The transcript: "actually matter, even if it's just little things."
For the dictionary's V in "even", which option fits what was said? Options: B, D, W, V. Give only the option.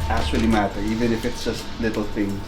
V